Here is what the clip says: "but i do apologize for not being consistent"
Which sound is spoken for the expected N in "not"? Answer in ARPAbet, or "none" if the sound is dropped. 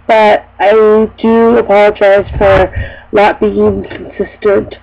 L